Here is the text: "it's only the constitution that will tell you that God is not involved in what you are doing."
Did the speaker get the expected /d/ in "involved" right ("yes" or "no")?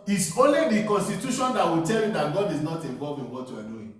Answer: no